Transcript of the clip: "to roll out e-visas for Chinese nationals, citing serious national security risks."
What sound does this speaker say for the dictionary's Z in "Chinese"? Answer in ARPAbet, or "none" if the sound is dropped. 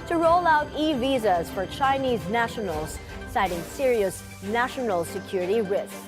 Z